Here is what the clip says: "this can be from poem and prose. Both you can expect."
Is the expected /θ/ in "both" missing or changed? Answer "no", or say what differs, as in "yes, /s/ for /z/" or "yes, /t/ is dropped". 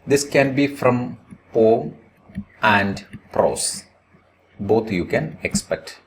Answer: yes, /t/ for /θ/